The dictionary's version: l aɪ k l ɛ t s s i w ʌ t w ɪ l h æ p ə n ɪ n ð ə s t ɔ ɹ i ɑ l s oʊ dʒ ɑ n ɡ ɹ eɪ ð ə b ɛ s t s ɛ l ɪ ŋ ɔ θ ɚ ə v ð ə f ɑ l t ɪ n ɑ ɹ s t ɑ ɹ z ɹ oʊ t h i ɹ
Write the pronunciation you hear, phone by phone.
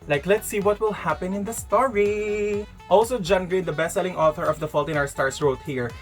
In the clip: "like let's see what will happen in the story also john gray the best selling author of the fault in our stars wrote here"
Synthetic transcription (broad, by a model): l aɪ k l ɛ t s s i w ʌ t w ɪ l h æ p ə n ɪ n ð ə s t ɔ ɹ i ɑ l s oʊ dʒ ɑ n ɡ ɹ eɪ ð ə b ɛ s s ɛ l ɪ ŋ ɔ θ ɚ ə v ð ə f ɑ l t ɪ n ɑ ɹ s t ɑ ɹ s ɹ oʊ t h i ɹ